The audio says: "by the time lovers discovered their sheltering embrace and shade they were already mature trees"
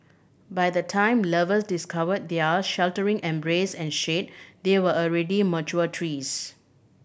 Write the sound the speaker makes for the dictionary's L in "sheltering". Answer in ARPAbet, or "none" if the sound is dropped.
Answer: L